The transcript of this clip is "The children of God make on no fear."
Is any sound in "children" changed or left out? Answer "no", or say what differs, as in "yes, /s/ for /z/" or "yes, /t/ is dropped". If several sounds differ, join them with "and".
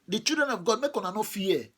yes, /l/ is dropped